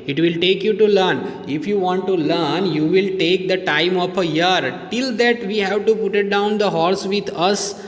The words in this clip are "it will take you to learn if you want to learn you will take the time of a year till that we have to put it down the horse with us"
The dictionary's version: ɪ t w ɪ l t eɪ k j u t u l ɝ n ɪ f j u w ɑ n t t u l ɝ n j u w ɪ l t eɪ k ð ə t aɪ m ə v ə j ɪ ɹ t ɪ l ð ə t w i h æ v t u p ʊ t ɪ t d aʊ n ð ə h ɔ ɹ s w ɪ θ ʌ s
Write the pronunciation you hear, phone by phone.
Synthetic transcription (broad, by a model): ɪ t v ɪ l t eɪ k j u t u l ɝ n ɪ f j u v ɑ n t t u l ɝ n j u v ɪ l t eɪ k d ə t aɪ m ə p ə j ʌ ɹ t ɪ l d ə t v i h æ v t u p ʊ t ɪ t d aʊ n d ə h ɔ ɹ s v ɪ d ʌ s